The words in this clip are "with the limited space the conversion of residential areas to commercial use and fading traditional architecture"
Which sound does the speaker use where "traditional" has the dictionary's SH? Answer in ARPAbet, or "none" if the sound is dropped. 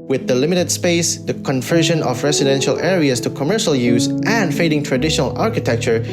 SH